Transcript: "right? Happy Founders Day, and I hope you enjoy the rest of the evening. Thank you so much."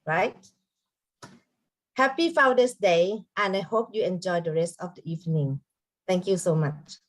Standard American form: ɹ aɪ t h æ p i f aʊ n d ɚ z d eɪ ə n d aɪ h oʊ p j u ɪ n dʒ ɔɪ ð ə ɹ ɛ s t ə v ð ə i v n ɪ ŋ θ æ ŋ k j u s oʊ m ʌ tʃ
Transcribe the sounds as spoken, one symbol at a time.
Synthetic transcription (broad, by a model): ɹ aɪ t h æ p i f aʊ d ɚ s d eɪ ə n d aɪ h oʊ p j u ɪ n dʒ ɔɪ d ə ɹ ɛ s t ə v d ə i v n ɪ ŋ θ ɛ ŋ k j u s oʊ m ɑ tʃ